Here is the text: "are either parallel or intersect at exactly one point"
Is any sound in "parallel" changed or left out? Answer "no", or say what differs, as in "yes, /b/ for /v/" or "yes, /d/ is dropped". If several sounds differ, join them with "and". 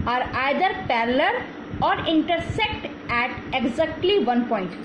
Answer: yes, /l/ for /ɹ/